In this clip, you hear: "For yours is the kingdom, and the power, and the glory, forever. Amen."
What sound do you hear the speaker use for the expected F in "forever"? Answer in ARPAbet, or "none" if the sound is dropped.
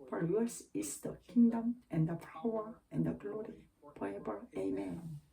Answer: P